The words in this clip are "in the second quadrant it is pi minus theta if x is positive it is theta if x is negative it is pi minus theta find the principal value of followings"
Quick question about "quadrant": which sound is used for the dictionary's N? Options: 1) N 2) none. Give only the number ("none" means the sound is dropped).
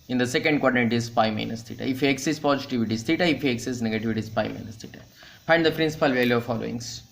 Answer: 2